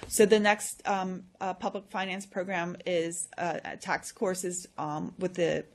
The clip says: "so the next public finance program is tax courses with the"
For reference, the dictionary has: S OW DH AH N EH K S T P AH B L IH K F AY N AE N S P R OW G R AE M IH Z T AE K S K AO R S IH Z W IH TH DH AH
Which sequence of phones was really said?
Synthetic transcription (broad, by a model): S OW DH AH N EH K S T P AH B L IH K F AY N AE N S P R OW G R AE M IH Z T AE K S K AO R S IH Z W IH DH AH